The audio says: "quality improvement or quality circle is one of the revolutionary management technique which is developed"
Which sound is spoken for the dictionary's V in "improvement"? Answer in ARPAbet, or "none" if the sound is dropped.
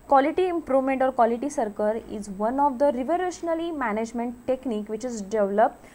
V